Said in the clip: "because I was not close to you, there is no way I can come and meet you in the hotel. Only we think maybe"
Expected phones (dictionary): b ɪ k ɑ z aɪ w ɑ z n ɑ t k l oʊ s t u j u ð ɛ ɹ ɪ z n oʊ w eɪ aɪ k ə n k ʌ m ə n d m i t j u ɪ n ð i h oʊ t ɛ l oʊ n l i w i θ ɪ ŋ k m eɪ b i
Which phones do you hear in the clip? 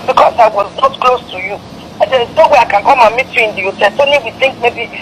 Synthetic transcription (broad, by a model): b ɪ k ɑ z aɪ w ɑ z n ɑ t k l oʊ s t u j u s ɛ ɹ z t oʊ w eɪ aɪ k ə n k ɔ m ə m i t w ɪ n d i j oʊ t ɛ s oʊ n i w i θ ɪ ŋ k m eɪ b i